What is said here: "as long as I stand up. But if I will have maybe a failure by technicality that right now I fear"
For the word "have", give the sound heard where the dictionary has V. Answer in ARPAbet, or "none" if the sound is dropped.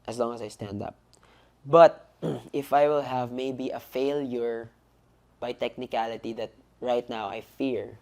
V